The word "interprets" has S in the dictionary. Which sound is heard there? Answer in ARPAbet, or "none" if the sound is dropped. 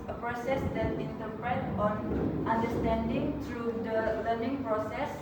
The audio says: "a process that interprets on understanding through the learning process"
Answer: none